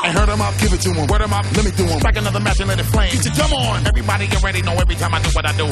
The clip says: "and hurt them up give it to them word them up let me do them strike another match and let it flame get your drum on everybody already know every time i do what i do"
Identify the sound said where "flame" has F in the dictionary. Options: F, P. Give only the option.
P